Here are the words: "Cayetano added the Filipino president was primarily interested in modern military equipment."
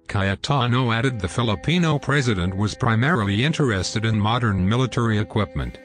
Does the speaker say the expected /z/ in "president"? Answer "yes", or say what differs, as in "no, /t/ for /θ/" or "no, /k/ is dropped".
yes